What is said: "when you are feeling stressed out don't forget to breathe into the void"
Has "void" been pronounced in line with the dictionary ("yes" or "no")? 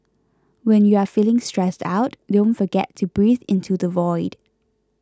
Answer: yes